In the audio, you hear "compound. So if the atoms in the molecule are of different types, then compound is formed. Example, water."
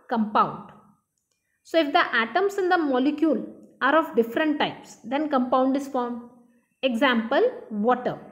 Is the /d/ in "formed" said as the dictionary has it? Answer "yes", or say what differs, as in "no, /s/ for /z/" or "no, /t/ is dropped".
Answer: no, /d/ is dropped